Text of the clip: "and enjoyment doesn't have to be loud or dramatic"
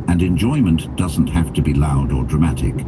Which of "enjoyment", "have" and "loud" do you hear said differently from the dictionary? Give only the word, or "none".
have